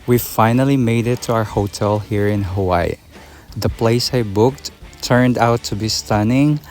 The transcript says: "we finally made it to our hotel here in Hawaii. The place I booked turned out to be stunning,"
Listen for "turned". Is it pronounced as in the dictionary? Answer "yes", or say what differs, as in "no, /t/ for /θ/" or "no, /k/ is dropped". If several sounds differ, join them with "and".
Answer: yes